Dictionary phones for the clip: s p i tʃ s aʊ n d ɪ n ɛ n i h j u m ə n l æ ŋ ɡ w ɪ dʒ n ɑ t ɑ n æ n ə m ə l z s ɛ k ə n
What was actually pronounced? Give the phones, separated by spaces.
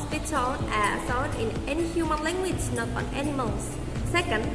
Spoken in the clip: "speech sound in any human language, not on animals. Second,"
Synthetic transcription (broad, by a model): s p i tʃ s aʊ d ɪ n ɛ n i h j u m ə n l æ ŋ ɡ w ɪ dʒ n ɑ t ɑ n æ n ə m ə l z s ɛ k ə n